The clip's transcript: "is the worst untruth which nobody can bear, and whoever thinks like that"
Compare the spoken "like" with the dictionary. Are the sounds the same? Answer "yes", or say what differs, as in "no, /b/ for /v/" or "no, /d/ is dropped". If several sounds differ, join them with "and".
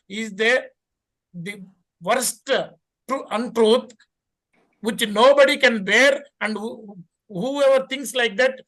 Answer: yes